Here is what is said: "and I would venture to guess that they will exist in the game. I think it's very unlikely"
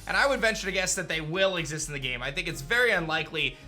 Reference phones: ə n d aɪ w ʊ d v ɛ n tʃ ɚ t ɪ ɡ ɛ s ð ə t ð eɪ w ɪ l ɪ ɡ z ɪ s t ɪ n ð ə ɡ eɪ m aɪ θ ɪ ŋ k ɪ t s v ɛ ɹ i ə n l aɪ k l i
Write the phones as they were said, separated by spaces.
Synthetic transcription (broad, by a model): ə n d aɪ w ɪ d v ɛ n tʃ ɚ t ɪ ɡ ɛ s ð ə t ð eɪ w ɪ l ɪ ɡ z ɪ s t n ð ə ɡ eɪ m aɪ θ ɪ ŋ k ɪ t s v ɛ ɹ i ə n l aɪ k l i